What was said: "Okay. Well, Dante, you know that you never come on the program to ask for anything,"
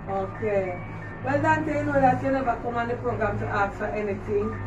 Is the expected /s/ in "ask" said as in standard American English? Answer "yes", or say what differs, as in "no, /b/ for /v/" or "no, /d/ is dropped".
no, /s/ is dropped